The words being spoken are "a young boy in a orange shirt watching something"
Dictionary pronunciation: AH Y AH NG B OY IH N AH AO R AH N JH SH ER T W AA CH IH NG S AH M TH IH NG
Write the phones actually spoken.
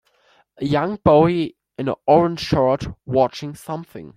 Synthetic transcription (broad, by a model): AH Y AH NG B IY IH N AH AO R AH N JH SH ER T W AA CH IH NG S AH M TH IH NG